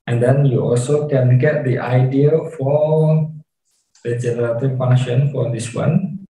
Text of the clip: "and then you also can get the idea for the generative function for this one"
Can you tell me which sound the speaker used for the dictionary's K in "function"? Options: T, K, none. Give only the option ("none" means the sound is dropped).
none